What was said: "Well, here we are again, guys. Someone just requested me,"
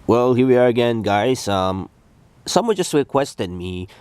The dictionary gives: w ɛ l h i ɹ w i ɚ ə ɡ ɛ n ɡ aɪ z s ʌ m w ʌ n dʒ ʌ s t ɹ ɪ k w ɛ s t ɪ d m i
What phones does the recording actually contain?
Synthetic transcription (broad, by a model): w ɛ l h i ɹ w i ɚ ə ɡ ɛ n ɡ aɪ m s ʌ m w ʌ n dʒ ʌ s t w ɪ k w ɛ s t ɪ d m i